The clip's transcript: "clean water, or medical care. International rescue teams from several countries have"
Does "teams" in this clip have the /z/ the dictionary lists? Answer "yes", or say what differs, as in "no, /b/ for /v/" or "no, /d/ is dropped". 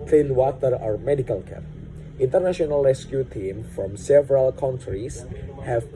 no, /z/ is dropped